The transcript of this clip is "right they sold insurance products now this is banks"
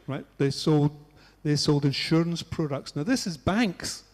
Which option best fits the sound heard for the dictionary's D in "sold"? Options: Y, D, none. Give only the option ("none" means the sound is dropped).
D